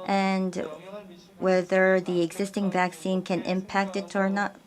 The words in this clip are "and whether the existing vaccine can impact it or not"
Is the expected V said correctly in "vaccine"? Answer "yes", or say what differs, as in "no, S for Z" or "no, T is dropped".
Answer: yes